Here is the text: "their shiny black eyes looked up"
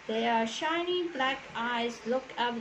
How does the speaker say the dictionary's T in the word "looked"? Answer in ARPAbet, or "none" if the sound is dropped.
none